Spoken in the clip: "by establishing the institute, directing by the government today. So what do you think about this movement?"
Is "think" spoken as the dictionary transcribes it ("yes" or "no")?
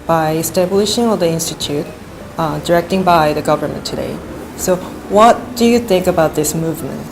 yes